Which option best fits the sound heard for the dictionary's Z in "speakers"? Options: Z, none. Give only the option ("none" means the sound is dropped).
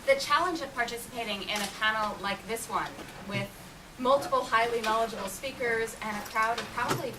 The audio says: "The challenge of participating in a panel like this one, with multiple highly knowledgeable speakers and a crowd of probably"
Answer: Z